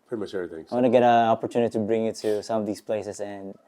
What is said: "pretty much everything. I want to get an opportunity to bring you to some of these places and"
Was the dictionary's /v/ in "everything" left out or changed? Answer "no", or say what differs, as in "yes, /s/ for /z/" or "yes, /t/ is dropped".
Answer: yes, /v/ is dropped